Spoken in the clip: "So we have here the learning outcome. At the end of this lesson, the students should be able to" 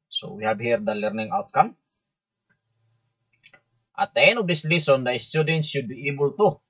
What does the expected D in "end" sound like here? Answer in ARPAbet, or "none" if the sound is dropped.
none